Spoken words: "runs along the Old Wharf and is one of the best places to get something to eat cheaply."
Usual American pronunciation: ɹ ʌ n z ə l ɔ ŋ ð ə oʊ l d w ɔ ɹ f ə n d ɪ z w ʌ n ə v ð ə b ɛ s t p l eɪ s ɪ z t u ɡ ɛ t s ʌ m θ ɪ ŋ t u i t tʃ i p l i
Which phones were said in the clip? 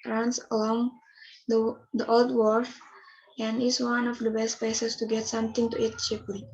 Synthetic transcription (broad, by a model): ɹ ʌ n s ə l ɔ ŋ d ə oʊ l d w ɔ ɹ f ə n d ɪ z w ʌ n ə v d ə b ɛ s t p eɪ s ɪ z t u ɡ ɛ t s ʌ m t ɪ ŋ t u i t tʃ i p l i